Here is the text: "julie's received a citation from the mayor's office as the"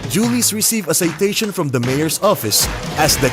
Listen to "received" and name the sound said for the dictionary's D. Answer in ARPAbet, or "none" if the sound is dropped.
none